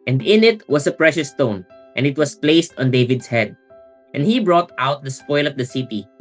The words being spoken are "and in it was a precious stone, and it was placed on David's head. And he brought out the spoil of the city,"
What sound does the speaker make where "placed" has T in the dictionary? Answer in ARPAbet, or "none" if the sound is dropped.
T